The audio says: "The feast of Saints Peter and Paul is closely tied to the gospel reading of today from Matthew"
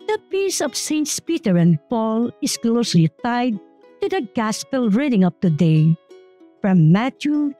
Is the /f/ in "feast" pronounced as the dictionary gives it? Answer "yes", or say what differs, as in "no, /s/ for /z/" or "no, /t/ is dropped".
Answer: no, /p/ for /f/